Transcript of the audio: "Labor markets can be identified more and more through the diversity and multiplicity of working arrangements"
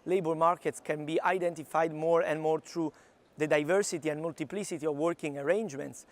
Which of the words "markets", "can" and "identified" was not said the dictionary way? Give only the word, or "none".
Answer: none